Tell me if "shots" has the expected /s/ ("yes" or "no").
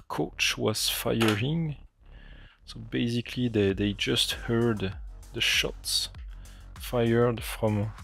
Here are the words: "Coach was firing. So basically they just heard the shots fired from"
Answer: yes